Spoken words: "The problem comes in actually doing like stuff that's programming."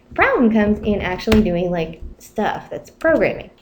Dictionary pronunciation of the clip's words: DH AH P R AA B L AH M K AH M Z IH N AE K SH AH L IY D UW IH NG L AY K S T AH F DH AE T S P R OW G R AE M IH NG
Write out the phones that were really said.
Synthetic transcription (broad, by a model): P R AA B L AH M K AH M Z IH N AE K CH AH L IY D UW IH NG L AY K S T AH F DH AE T S P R OW G R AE M IH NG